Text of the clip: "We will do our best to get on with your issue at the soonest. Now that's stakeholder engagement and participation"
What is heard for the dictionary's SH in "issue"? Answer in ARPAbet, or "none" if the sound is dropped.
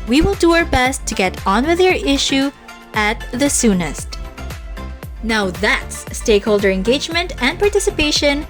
SH